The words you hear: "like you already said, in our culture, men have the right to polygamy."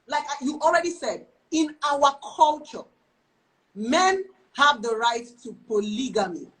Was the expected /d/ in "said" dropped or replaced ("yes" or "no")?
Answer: no